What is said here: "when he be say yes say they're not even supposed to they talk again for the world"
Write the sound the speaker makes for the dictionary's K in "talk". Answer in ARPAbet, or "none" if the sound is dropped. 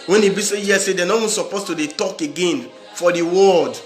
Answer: K